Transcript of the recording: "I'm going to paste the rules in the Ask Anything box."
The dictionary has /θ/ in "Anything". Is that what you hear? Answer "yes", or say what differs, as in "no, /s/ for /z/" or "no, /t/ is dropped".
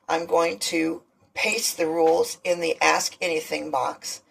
yes